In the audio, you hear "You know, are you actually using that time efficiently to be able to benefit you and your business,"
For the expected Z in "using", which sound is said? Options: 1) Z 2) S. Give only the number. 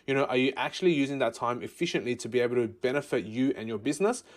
1